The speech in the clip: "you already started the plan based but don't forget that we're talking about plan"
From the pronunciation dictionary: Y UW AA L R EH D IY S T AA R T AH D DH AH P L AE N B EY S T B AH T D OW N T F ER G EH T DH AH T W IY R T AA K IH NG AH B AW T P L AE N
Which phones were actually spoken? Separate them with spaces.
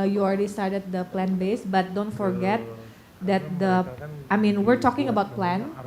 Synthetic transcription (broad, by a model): Y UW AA L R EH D IY S T AA R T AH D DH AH P L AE N B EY S B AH T D OW N T F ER G EH T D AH T W IY R T AA K IH NG AH B AW T P L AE N